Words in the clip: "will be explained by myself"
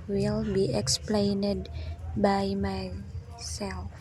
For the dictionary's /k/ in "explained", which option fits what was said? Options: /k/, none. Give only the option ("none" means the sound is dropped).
/k/